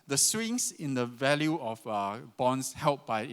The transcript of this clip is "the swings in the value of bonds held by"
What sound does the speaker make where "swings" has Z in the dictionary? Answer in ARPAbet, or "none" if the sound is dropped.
S